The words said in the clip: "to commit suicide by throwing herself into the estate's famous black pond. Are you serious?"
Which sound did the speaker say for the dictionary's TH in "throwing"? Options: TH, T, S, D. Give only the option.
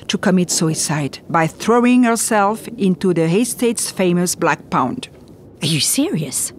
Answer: TH